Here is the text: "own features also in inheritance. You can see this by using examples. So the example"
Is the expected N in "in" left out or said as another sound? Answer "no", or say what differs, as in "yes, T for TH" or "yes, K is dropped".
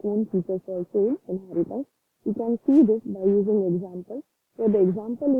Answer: yes, L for N